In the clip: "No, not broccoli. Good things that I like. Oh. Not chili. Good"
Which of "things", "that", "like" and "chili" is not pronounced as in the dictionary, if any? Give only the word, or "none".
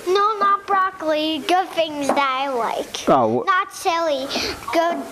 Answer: chili